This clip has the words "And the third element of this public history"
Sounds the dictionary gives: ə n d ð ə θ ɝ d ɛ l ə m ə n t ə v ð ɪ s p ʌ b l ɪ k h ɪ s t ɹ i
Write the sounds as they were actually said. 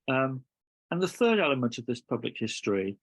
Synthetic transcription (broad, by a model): ə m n ð ə θ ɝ d ɛ l ə m ə n t ə v ð ɪ s p ʌ b l ɪ k h ɪ s t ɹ i